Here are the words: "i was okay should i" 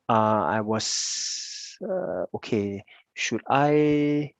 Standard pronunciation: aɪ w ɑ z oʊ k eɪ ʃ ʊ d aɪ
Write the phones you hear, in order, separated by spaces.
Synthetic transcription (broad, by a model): aɪ w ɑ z oʊ k eɪ ʃ ʊ d aɪ